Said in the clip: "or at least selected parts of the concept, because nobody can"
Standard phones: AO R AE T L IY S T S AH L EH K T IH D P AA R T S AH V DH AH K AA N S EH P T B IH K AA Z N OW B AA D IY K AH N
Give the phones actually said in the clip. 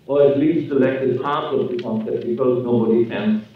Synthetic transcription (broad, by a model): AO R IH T L IY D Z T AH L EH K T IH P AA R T AH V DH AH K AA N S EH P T B IH K AA Z N OW B AA D IY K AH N